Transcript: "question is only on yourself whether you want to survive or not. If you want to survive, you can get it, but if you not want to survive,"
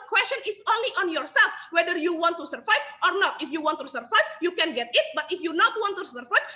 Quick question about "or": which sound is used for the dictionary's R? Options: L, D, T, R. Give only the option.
R